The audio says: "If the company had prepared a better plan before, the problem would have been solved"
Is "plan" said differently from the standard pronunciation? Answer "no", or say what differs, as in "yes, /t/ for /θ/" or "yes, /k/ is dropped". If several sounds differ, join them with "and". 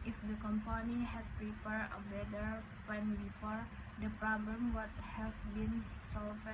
yes, /l/ is dropped